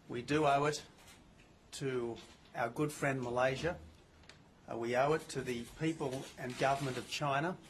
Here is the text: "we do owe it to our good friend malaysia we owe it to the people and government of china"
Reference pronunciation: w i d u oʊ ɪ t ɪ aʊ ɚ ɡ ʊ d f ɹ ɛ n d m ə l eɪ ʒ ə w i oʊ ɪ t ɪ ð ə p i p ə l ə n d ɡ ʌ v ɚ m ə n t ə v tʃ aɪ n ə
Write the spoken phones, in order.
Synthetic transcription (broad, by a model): w i d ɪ oʊ ɪ t ɪ aʊ ɚ ɡ ʊ d f ɹ ɛ n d m ə l eɪ ʒ ə w i oʊ ɪ t ɪ ð ə p i p ə l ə n ɡ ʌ v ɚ m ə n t ə v tʃ aɪ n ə